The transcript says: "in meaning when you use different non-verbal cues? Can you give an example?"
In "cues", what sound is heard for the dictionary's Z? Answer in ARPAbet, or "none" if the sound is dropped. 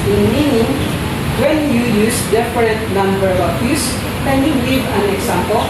S